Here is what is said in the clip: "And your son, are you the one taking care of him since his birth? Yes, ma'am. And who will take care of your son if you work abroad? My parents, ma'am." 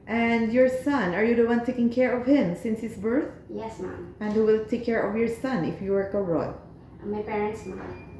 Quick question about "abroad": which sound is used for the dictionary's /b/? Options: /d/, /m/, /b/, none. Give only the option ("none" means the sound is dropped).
none